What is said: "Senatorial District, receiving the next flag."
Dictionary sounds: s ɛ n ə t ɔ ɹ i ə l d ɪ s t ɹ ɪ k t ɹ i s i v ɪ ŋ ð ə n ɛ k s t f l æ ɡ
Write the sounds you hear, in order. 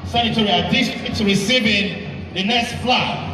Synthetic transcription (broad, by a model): s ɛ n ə t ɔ ɹ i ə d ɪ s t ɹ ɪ t ɹ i s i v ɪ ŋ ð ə n ɛ k s t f l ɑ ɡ